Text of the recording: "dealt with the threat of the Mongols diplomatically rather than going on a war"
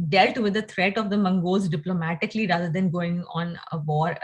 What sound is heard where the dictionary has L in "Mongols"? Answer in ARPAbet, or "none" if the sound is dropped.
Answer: none